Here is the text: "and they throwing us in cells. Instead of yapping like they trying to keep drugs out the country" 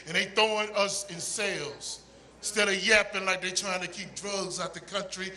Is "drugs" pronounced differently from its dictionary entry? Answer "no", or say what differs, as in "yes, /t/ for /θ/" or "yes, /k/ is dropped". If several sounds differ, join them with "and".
no